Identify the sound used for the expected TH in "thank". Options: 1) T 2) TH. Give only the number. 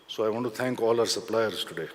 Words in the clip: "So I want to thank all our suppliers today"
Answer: 1